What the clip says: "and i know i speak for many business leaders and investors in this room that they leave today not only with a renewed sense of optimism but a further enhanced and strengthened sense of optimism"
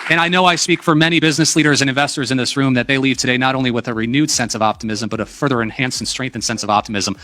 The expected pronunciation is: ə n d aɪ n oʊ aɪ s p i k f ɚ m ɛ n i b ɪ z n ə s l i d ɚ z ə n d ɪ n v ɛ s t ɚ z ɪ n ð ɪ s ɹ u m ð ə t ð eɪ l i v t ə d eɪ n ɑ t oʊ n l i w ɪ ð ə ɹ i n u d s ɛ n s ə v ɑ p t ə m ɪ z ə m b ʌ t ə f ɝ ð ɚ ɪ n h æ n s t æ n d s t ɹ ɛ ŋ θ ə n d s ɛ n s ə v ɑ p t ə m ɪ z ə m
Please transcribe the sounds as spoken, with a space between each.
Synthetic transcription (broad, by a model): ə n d aɪ n oʊ aɪ s p i k f ɚ m ɛ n i b ɪ z n ə s l i d ɚ z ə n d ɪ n v ɛ s t ɚ z ɪ n ð ɪ s ɹ u m ð ə t ð eɪ l i v t ə d eɪ n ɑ t oʊ n l i w ɪ ð ə ɹ i n u d s ɛ n s ə v ɑ p t ə m ɪ z ə m b ʌ t ə f ɝ ð ɚ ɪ n h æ n s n s t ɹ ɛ ŋ θ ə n s ɛ n s ə v ɑ p t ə m ɪ z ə m